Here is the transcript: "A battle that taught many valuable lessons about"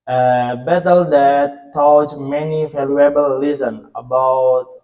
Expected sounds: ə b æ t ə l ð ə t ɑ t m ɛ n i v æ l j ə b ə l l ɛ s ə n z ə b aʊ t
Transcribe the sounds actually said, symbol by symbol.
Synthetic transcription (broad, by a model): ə b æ t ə l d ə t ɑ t m ɛ n i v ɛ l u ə b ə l l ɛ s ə n ə b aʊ t